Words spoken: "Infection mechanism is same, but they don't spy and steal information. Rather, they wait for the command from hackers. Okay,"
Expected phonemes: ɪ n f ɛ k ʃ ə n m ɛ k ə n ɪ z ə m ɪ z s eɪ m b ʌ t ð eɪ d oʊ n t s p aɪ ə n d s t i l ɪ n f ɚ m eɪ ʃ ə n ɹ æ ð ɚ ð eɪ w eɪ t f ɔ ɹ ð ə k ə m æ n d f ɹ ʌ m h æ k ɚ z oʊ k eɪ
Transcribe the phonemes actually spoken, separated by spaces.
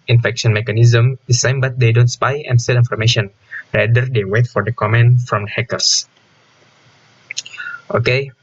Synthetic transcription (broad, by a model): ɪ n f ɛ k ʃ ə n m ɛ k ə n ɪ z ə m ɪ s eɪ m b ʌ t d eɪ d oʊ n t s p aɪ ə n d s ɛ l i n f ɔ m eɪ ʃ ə n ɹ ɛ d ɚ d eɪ w eɪ t f ɔ ɹ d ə k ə m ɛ n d f ɹ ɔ m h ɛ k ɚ s oʊ k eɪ